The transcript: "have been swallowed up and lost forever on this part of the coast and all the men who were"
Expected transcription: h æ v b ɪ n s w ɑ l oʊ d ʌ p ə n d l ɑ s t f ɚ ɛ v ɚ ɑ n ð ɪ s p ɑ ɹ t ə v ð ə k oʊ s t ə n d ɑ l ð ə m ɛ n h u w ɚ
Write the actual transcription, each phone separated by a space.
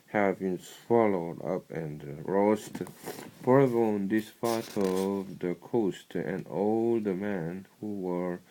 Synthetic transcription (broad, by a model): h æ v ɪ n s w ɑ l oʊ d ʌ p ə n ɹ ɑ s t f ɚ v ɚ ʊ n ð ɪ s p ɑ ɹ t ə v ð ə k oʊ s t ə n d ɑ l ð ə m ɛ n h u w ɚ